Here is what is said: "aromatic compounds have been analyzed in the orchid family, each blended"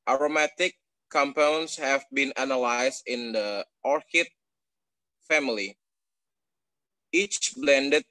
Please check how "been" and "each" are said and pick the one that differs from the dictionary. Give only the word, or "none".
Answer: none